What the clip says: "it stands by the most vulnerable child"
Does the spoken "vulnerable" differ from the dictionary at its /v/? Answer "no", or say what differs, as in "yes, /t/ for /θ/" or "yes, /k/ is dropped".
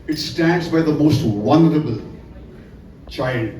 yes, /w/ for /v/